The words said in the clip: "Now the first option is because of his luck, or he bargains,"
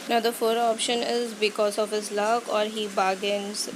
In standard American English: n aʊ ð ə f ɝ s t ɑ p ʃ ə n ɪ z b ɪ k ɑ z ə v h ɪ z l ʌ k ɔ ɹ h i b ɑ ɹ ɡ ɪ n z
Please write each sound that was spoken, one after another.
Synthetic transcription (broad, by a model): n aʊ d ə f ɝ t ɑ p ʃ ə n ɪ z b ɪ k ɑ z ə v h ɪ z l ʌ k ɔ ɹ h i b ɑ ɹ ɡ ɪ n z